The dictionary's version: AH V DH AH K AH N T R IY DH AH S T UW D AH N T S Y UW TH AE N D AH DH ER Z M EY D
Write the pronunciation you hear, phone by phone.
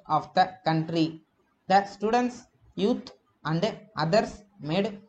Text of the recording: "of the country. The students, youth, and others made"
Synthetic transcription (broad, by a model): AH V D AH K AH N T R IY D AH S T UW D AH N T S Y UW T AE N D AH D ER S M EY D